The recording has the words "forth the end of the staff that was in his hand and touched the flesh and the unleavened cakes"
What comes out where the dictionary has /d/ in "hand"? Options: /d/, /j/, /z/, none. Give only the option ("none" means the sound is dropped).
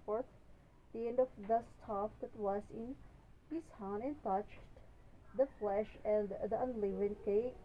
none